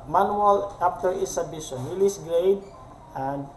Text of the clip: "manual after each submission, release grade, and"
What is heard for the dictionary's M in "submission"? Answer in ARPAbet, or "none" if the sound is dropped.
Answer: none